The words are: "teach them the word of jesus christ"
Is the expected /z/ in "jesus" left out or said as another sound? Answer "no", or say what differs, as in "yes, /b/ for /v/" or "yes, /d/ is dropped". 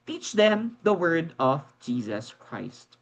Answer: no